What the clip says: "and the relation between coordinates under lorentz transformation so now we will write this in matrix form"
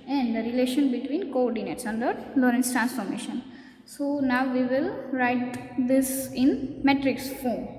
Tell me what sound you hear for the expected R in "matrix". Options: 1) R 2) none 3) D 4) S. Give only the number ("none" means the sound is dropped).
1